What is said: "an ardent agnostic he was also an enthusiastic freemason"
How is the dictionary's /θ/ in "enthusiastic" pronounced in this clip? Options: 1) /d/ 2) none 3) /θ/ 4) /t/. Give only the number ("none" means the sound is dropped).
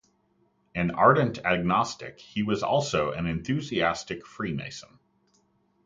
3